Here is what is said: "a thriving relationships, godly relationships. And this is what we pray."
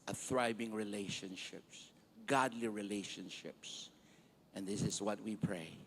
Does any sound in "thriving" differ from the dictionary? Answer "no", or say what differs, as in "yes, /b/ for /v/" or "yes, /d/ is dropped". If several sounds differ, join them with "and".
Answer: yes, /b/ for /v/